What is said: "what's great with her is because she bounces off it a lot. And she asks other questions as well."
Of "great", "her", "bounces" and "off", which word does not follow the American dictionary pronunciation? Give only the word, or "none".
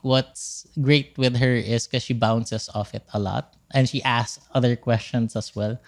bounces